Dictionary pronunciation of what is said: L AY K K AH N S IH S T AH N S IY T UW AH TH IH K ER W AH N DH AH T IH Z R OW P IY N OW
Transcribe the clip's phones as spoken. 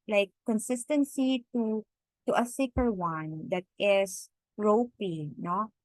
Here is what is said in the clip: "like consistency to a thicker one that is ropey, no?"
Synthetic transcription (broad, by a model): L AY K K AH N S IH S T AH N S IY T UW AH S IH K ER W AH N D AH T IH S R OW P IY N OW